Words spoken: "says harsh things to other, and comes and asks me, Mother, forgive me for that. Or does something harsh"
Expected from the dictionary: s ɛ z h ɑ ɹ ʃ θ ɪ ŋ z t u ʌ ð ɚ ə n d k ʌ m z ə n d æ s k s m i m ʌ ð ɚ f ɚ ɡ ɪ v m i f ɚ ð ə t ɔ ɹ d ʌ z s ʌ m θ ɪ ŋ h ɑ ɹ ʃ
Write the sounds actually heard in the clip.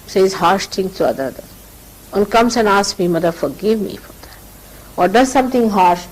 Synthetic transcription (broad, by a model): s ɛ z h ɑ ɹ ʃ t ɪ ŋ t u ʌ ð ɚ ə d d k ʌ m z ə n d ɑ s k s m i m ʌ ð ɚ f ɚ ɡ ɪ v m i f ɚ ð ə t ɔ ɹ d ʌ z s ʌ m t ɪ ŋ h ɑ ɹ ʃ